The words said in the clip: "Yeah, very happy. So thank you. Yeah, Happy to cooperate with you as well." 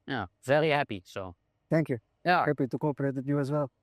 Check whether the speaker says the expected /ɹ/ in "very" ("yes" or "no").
no